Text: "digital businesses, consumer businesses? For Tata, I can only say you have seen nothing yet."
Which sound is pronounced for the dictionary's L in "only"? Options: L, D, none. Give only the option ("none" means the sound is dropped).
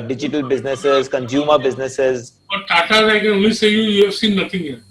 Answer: none